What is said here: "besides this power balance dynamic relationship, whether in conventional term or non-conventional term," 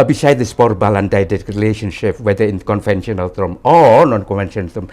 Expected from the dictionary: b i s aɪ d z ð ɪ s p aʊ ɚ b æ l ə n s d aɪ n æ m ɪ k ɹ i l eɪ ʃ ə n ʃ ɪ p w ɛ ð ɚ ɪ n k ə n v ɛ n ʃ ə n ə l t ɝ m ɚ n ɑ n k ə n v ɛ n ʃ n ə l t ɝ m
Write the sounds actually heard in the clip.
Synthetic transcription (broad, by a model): b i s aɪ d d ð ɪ s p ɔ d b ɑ l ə n d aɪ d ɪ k ɹ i l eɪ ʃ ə n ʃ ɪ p w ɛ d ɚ ɪ n k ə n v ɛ n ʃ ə n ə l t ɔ m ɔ n ɑ n k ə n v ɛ n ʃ ə n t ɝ m